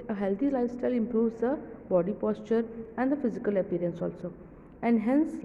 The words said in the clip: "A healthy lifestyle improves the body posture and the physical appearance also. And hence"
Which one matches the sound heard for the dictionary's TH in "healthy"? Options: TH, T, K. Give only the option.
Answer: T